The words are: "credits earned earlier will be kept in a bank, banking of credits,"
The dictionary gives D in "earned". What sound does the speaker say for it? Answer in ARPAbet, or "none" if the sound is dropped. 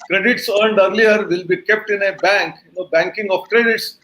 D